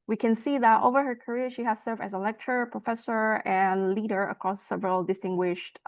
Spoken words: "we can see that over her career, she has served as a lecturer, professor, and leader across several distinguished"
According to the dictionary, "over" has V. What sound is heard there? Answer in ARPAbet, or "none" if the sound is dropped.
V